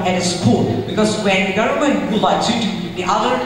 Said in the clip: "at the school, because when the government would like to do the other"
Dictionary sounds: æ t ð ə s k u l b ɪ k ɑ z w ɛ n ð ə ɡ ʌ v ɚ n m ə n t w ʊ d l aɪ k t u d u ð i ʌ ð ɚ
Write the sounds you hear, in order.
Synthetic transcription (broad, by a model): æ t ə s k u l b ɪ k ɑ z w ɛ n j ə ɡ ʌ ʊ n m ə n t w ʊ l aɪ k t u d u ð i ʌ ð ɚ